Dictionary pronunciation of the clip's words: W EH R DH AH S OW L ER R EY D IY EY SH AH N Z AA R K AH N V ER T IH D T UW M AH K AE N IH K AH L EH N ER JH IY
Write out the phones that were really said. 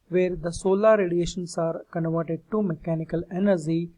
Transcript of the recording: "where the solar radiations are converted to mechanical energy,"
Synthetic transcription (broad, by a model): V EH R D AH S OW L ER R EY D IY EY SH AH N S AA R K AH N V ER T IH D T UW M AH K AE N IH K AH L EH N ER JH IY